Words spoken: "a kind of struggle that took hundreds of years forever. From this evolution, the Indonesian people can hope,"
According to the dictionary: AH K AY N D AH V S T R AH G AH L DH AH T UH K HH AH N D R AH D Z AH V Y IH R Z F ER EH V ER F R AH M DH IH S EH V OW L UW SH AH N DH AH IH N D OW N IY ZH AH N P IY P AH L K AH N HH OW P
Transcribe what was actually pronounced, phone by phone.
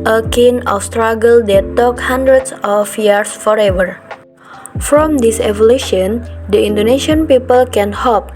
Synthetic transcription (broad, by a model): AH K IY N AH F S T R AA G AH L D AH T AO K HH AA N D R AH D S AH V Y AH R S F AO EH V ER F R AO M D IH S EH V OW L UW SH AH N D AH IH N D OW N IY SH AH N P IY P AH L K AH N HH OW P